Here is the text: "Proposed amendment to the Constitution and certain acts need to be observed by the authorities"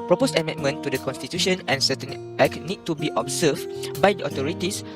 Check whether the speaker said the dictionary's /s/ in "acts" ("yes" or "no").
no